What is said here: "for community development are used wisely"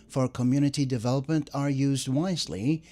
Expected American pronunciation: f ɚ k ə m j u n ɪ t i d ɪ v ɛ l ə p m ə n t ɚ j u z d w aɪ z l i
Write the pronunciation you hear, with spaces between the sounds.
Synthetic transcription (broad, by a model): f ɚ k ə m j u n ɪ t i d ɪ v ɛ l ə p m ə n t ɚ j u z d w aɪ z l i